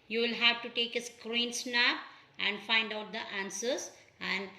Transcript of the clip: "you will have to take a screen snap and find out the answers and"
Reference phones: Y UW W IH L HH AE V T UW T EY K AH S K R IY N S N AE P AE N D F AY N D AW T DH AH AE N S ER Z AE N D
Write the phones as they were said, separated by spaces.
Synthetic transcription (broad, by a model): Y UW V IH L HH AE V T UW T EY K AH S K R IY N S N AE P AE N D F AY N D AW T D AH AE N S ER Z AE N D